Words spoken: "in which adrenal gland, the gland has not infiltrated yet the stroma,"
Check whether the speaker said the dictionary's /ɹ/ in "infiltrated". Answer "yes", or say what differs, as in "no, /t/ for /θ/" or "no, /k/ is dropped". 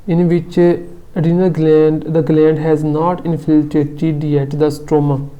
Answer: no, /ɹ/ is dropped